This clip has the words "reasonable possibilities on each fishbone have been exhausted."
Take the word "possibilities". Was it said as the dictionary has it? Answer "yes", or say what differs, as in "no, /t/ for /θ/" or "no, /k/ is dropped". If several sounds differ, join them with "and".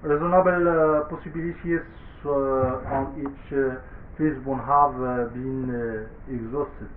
no, /s/ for /z/